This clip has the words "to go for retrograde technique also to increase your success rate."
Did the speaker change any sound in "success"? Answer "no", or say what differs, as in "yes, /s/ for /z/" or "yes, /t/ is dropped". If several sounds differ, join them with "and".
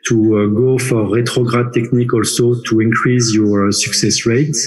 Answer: no